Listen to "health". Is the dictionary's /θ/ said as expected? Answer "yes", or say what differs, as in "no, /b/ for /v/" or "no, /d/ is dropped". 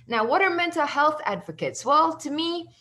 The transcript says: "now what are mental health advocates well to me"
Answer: yes